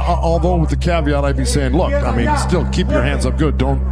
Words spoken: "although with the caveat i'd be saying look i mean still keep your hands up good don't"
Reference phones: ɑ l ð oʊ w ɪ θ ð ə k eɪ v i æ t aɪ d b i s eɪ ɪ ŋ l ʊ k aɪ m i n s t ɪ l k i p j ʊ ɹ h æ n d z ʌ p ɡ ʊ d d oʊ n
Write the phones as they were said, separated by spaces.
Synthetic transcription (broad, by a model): ɑ l ð oʊ w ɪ ð ə k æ v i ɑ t aɪ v b i s eɪ ɪ ŋ l ʊ k aɪ m i n s t ɪ l k i p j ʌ ɹ h æ n d z ʌ p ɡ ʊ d d oʊ n